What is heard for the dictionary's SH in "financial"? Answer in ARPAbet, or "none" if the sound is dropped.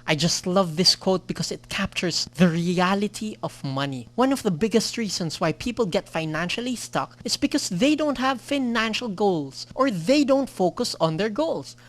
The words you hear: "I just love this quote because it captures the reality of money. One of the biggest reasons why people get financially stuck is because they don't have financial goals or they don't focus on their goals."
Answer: SH